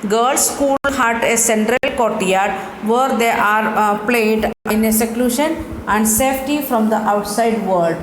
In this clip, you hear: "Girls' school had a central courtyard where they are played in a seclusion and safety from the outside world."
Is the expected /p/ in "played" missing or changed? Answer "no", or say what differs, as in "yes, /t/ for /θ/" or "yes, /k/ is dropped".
no